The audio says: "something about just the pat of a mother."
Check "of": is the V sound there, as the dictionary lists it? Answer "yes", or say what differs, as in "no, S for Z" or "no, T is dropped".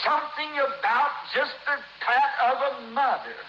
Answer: yes